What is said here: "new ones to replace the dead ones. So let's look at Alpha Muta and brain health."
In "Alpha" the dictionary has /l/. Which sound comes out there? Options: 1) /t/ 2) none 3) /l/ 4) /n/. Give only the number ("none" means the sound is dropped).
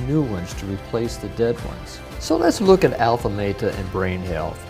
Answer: 3